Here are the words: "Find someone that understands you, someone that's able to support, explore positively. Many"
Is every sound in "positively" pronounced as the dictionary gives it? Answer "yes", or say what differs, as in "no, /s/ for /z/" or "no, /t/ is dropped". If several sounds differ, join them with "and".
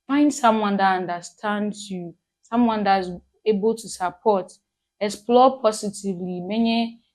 no, /s/ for /z/